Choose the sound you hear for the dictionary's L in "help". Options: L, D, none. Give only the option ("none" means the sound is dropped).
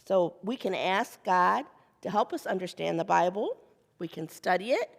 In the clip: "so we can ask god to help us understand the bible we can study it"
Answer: L